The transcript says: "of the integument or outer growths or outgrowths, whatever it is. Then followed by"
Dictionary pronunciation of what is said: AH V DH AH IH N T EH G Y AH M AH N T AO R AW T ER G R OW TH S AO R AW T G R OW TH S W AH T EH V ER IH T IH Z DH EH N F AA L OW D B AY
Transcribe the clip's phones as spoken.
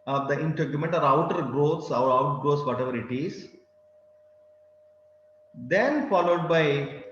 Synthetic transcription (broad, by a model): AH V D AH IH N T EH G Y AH M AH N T AO R AW T ER G R OW T S AO R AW T G R OW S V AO T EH V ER IH T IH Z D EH N F AA L OW D B AY